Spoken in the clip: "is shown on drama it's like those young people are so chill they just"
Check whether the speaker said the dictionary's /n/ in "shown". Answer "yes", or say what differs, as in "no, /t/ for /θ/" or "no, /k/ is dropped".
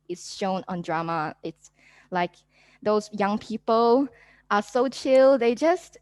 yes